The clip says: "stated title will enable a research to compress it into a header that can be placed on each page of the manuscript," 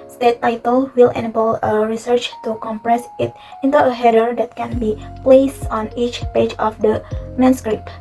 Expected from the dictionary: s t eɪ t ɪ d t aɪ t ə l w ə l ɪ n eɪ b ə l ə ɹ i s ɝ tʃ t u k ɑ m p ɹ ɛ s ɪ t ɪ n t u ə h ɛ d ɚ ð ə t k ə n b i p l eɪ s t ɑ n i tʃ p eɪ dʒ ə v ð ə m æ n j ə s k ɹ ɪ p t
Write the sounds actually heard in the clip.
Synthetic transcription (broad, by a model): s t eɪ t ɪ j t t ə l w ə l ɪ n eɪ b ə l ə ɹ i s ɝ tʃ t u k ɑ m p ɹ ɛ s ɪ t ɪ n t u ə h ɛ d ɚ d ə t k ə n b i p l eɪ s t ɑ n i tʃ p eɪ dʒ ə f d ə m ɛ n s k ɹ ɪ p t